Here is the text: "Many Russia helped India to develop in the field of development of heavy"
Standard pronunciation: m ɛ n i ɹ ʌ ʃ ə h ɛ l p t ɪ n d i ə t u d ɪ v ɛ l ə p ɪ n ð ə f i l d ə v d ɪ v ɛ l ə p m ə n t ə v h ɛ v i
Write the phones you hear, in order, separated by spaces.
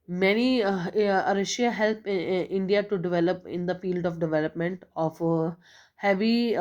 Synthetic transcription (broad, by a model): m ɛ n i ɹ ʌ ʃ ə h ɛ l p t ɪ n d i ə t u d ɪ v ɛ l ə p ɪ n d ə f i l d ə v d ɪ v ɛ l ə p m ə n t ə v h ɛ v i